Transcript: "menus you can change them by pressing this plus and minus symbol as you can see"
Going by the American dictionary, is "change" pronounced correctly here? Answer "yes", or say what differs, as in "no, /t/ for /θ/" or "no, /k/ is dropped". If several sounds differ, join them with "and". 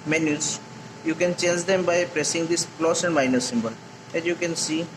yes